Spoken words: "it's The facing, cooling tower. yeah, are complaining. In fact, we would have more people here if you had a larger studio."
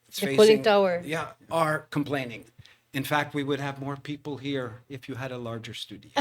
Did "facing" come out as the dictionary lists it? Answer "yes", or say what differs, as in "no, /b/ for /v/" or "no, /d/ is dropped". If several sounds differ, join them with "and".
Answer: no, /s/ is dropped